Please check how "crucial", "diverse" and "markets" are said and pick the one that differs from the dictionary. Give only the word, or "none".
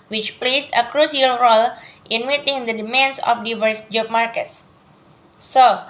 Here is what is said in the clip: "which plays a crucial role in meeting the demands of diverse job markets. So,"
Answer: crucial